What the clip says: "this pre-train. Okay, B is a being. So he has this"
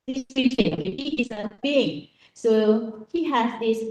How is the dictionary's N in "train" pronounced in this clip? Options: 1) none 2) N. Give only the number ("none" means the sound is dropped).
1